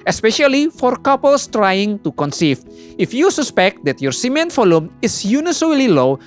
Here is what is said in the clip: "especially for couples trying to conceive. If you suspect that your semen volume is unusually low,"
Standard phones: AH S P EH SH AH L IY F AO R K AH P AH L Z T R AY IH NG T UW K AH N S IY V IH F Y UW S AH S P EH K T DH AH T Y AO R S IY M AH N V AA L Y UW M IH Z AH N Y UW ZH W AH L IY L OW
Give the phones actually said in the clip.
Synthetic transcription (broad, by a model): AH S P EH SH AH L IY F AO R K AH P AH L S T R AY IH NG T UW K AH N S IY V IH F Y UW S AH S P EH K T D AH T Y AO R S IY M AH N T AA L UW M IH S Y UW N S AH L IY L OW